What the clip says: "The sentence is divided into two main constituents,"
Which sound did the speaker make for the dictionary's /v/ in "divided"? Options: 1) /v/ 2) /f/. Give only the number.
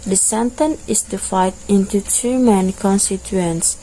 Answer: 2